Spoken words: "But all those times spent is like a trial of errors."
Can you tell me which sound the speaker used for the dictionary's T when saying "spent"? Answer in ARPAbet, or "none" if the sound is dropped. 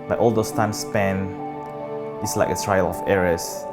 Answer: none